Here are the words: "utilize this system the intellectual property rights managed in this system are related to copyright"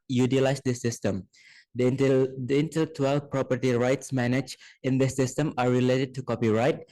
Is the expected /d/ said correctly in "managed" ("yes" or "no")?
no